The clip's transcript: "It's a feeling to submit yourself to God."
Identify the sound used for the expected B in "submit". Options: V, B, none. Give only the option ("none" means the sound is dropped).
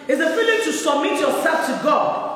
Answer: none